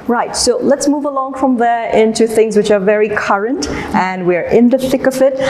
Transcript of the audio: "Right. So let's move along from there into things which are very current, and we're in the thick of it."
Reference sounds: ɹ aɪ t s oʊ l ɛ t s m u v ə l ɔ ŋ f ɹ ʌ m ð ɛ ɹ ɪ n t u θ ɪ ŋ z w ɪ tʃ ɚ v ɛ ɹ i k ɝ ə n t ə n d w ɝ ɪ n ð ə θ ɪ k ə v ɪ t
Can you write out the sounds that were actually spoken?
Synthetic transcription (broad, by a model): ɹ aɪ t s oʊ l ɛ t s m u v ə l ɔ ŋ f ɹ ʌ m ð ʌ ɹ ɪ n t u θ ɪ ŋ z w ɪ tʃ ɚ v ɛ ɹ i k ɝ ə n t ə n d w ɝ ɪ n ð ə θ ɪ k ə v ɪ t